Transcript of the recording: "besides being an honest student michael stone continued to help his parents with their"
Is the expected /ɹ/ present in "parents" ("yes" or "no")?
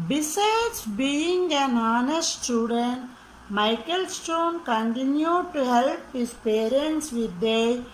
yes